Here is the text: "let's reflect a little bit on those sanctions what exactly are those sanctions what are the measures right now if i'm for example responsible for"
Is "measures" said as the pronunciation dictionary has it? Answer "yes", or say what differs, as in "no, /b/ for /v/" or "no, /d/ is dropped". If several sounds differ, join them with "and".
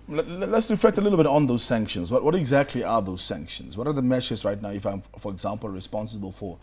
no, /ʃ/ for /ʒ/